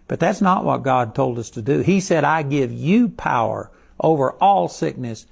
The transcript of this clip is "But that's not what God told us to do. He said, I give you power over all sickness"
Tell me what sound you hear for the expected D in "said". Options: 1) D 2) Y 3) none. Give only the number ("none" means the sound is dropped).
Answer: 1